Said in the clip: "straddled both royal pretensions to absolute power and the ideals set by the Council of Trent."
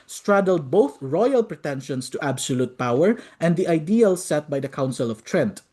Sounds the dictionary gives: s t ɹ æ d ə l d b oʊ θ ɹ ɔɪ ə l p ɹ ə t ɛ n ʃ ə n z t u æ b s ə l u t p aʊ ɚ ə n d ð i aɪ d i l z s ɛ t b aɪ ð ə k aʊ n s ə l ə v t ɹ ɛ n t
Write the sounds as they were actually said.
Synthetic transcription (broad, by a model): s t ɹ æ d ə l d b oʊ θ ɹ ɔɪ ə l p ɹ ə t ɛ n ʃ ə n s t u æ b s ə l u t p aʊ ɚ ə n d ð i aɪ d i l s ɛ t b aɪ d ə k aʊ n s ə l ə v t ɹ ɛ n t